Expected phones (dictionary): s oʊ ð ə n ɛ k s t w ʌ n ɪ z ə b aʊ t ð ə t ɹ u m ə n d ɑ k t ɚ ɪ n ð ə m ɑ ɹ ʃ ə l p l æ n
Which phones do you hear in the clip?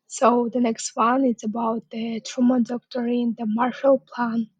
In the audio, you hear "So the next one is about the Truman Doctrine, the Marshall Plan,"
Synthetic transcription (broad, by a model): s oʊ ð ə n ɛ k s t w ʌ n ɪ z ə b aʊ t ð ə t ɹ u m ə n d ɑ k t ɚ ɪ n ð ə m ɑ ɹ ʃ ə l p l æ n